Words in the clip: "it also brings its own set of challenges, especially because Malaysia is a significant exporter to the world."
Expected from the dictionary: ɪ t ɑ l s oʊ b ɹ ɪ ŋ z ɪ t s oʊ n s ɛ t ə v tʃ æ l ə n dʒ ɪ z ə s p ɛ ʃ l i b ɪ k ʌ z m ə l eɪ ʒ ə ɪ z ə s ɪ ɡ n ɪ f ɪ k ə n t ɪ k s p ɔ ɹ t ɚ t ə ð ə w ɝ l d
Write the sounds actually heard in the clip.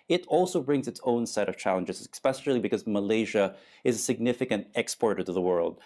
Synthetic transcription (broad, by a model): ɪ t ɑ l s oʊ b ɹ ɪ ŋ z ɪ t s oʊ n s ɛ t ə v tʃ æ l ə n dʒ ɪ z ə s p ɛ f l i b ɪ k ʌ z m ə l eɪ ʒ ə ɪ z ə s ɪ ɡ n ɪ f ɪ k ə n t ɪ k s p ɔ ɹ t ɚ t ə ð ə w ɝ l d